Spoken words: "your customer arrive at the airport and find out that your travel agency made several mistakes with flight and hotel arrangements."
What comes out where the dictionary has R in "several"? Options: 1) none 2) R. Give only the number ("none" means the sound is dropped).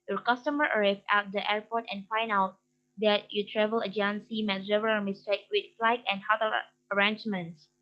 1